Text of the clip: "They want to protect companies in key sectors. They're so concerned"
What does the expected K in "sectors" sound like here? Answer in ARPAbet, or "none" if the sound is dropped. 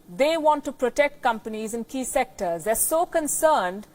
K